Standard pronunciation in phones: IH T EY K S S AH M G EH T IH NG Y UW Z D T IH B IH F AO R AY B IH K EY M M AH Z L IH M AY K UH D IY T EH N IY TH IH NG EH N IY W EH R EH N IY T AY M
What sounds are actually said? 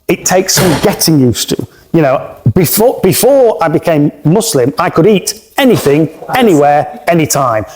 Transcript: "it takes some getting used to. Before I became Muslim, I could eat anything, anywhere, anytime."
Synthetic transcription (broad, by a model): IH T EY K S S AH M G EH T IH NG Y UW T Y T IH B IH F AO R AY B IH K EY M M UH S L IH M AY K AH D IY T EH N IY TH IH NG EH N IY W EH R EH N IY T AY M